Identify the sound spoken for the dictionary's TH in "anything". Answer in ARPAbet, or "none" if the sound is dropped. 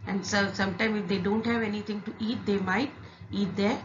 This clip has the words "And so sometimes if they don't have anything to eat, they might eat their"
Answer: T